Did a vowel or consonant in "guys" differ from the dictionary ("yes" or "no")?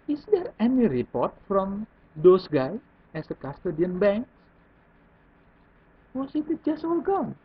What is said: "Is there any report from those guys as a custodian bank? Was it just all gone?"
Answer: yes